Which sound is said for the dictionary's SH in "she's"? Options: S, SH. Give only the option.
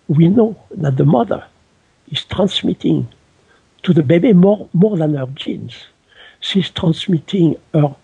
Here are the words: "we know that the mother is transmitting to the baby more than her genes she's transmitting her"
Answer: S